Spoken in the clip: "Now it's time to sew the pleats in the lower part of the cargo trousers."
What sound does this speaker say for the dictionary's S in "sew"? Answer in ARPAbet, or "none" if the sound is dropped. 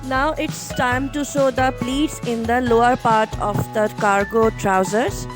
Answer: SH